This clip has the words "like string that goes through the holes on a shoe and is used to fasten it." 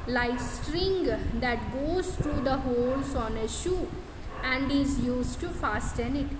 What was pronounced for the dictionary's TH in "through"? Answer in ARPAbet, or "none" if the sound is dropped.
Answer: T